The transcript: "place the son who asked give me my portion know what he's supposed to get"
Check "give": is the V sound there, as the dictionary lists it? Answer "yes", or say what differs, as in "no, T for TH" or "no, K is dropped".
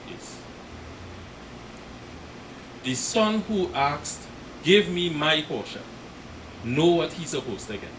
yes